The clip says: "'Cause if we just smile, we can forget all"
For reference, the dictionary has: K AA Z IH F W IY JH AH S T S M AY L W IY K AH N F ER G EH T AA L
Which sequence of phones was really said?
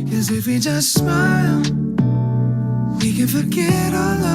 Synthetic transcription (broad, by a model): K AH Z IH F W IY JH AH S T S M AY L W IY K AH N F ER G EH T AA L